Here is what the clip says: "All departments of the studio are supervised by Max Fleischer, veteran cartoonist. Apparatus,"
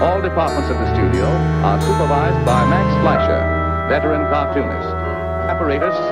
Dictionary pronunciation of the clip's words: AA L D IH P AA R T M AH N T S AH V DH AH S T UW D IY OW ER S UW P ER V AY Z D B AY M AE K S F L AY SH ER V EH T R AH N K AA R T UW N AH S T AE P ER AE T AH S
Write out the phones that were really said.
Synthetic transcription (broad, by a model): AA L D IH P AA R T M AH N T S AH V DH AH S T UW D IY OW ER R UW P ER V AY Z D B AY M AE K S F L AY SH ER B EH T L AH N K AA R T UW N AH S AE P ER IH T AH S